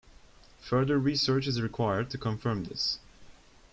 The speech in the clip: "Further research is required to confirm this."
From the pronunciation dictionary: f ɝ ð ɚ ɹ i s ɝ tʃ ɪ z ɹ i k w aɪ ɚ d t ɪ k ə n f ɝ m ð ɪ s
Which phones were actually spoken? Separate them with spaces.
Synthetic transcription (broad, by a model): f ɝ ð ɚ ɹ i s ɝ tʃ ɪ z ɹ i k w aɪ ɚ d t ɪ k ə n f ɝ m ð ɪ s